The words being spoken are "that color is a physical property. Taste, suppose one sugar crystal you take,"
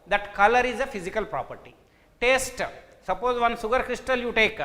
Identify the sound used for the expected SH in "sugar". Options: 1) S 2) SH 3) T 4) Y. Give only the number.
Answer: 1